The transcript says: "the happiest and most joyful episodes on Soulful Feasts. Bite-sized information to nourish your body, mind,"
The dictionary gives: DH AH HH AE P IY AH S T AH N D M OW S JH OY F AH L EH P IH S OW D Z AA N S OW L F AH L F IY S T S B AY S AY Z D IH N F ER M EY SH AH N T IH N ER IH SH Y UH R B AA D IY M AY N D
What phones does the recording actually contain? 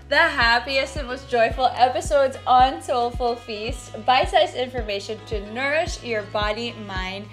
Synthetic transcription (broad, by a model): DH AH HH AE P IY AH S T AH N M OW S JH OY F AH L EH P IH S OW D Z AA N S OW L F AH L F IY S T B AY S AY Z IH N F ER M EY SH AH N T IH N ER IH SH Y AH R B AA D IY M AY N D